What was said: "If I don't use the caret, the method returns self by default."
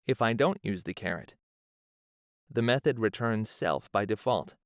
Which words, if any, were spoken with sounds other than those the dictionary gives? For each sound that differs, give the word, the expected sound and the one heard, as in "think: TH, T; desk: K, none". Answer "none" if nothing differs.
none